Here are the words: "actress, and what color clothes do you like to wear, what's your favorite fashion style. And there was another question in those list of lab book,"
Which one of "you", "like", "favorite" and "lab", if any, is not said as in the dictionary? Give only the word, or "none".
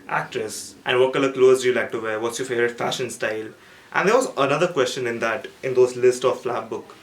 favorite